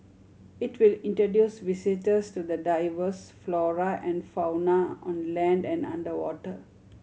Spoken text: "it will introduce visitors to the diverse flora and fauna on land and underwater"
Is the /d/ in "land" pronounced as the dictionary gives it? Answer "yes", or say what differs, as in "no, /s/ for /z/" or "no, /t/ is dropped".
yes